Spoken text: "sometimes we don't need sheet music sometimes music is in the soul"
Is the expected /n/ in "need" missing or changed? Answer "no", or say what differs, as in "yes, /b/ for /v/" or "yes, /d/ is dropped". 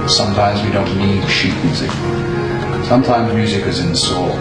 yes, /l/ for /n/